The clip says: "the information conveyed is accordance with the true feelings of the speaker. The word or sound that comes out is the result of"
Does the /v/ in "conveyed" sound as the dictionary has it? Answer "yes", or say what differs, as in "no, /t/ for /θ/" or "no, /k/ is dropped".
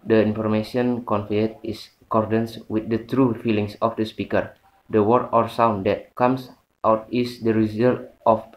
no, /f/ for /v/